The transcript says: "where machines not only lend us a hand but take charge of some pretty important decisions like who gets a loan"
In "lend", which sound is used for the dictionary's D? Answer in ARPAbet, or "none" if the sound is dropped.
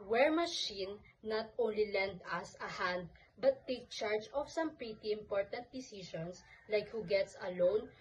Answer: D